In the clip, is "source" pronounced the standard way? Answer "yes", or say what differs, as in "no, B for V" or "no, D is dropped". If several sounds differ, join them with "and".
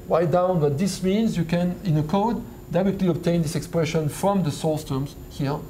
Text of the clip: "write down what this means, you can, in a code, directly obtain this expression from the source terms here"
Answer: no, L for R